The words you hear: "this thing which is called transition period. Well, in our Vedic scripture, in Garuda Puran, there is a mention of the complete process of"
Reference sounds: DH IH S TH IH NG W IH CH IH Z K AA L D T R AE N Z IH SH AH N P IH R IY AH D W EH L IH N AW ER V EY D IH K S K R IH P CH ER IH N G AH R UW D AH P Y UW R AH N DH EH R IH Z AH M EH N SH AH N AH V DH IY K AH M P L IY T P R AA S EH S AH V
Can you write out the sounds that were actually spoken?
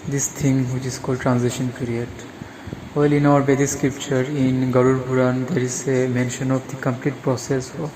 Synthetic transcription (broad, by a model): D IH S T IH NG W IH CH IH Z K AA L D T R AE N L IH SH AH N P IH R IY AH D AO L IH N AW ER B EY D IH S K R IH P CH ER IH N G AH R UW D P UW R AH N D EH R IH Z AH M EH N SH AH N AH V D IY K AH M P L IY T P R AA S EH S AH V